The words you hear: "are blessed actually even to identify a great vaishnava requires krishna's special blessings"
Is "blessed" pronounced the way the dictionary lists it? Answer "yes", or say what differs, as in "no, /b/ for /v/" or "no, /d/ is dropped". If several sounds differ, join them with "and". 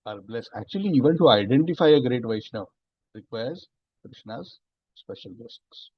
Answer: no, /t/ is dropped